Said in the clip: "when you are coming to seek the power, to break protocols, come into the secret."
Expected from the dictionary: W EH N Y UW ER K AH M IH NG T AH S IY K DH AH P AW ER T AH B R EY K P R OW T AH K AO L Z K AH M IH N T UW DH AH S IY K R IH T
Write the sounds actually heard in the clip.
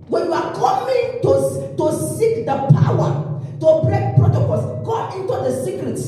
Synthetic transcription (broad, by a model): W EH N Y UW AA K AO M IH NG T AH S IY K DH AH P AW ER T AH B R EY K P R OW T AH K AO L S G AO IH N T UW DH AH S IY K R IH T